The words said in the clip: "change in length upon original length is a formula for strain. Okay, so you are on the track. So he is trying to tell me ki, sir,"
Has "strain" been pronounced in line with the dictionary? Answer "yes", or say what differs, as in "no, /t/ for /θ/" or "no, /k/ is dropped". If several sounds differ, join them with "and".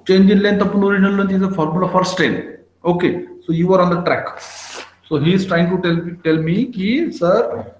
no, /ɹ/ is dropped